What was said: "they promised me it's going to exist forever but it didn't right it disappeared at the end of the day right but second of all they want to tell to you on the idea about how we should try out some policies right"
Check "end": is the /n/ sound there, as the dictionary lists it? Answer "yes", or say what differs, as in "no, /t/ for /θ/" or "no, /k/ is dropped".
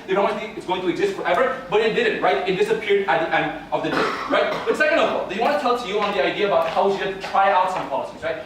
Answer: yes